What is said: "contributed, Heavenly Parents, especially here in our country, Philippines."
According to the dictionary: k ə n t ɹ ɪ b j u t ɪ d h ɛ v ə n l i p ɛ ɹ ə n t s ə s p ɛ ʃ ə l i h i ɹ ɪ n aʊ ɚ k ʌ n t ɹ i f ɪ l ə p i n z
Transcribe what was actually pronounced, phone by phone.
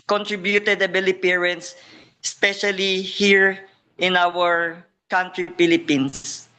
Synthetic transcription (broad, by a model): k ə n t ɹ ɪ b j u t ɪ d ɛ b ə l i p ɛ ɹ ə n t s s p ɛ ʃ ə l i h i ɹ ɪ n aʊ ɚ k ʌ n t ɹ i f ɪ l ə p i n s